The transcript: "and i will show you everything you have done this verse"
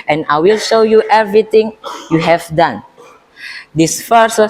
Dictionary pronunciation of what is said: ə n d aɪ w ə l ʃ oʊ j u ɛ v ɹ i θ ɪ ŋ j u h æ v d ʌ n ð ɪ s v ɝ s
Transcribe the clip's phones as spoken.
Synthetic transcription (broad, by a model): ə n aɪ w ə l ʃ oʊ j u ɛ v ɹ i t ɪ ŋ j u h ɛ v d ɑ n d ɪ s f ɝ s